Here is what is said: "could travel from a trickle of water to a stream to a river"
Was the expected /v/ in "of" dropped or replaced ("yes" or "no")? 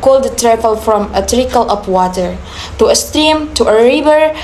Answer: yes